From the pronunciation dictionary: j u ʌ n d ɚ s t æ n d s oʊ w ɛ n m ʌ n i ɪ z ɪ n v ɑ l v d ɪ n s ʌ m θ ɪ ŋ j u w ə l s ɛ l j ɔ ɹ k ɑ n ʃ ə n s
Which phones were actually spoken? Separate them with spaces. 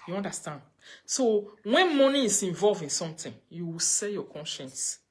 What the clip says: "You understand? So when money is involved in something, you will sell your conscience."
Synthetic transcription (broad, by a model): j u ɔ n d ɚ s t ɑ n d s oʊ w ɛ n m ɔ n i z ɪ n v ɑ l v ɪ n s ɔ m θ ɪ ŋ j u w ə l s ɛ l j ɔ k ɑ n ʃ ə n s